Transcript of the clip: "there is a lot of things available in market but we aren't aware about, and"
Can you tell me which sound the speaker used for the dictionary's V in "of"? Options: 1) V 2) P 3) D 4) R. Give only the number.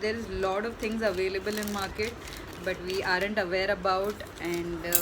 1